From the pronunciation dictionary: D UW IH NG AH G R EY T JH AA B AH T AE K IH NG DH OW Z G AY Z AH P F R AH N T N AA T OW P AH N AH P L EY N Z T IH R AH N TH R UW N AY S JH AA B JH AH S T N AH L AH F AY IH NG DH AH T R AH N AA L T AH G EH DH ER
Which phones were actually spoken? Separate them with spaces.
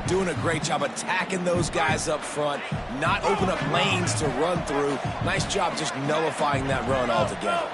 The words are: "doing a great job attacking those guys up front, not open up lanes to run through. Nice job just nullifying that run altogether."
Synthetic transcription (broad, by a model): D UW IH NG AH G R EY T JH AA B AH T AE K IH NG DH OW Z G AY Z AH P F R AH N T N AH T OW P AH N AH P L EY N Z T IH R AH N TH R UW N AY S JH AA B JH AH S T N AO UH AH F AY IH NG DH AH T R AH N AA L T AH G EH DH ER